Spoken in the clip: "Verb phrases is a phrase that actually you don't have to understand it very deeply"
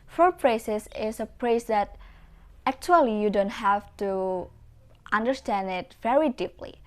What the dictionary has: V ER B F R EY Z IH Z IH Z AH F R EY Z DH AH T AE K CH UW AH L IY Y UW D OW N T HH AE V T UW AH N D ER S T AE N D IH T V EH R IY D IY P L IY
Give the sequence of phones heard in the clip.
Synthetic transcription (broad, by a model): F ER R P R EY S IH S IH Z AH P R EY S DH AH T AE K CH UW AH L IY Y UW D OW N T HH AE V T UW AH N D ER S T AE N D IH T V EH R IY D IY P L IY